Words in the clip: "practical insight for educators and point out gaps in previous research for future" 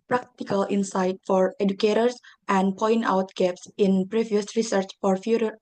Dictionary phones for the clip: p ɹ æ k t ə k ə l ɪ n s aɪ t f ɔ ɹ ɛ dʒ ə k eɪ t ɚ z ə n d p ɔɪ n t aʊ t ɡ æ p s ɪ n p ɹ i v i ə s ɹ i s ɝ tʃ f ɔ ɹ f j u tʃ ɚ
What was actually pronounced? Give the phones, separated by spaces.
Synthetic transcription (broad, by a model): p ɹ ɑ k t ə k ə l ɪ n s aɪ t f ɔ ɹ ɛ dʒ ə k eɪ t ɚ s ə n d p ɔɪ n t aʊ t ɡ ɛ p s ɪ n p ɹ i v i ə s ɹ i s ɝ tʃ f ɔ ɹ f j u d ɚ